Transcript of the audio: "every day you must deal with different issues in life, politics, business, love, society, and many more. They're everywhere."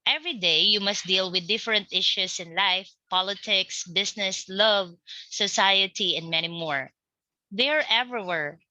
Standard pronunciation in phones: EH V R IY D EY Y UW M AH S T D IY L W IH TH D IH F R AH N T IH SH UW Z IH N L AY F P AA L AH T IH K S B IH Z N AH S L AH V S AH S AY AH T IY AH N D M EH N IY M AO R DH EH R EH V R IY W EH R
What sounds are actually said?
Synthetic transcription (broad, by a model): EH V R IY D EY Y UW M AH S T D IY L W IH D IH F R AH N T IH SH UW S IH N L AY F P AA L AH T IH K S B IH S N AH S L AH V S AH S AY AH T IY AH N D M EH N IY M AO R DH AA R EH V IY W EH R